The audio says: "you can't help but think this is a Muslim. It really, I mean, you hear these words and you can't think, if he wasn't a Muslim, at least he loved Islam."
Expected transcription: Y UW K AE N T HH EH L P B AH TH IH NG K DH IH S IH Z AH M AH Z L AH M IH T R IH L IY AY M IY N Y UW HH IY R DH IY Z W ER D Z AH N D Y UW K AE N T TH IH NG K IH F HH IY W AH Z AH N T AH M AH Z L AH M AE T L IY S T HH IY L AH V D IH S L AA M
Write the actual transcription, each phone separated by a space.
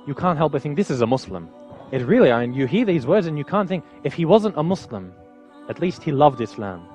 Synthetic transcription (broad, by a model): Y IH K AE N T HH EH L P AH TH IH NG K DH IH S IH Z AH M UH S L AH M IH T R IH L IY AY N Y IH HH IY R DH IY Z W ER D Z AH N Y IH K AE N TH IH NG K IH F HH IY W AH Z AH N T AH M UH S L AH M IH T L IY S T HH IY L AH V D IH S L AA M